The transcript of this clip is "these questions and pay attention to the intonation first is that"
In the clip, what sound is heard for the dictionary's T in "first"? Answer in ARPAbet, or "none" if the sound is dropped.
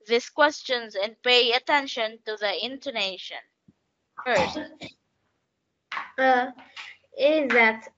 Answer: none